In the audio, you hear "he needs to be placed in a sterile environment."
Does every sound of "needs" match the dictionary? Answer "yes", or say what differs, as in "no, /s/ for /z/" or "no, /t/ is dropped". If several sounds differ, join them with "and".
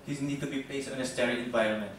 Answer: no, /z/ is dropped